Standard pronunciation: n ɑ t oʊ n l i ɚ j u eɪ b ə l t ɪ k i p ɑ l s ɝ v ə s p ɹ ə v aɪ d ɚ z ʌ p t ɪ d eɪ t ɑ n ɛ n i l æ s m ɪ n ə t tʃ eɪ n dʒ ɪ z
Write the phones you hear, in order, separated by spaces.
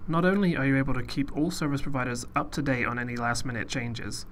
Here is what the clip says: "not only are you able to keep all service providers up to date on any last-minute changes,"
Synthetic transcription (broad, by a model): n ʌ t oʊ n l i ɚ j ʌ eɪ b ə l t ɪ k i p ɑ l s ɝ v ə s p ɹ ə v aɪ d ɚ z ʌ p t ɪ d eɪ ɪ n ɛ n i l æ s m ɪ n ə t tʃ eɪ n dʒ ɪ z